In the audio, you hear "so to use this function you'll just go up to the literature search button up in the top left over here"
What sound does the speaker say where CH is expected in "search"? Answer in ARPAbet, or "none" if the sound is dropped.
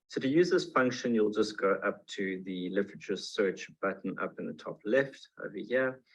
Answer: CH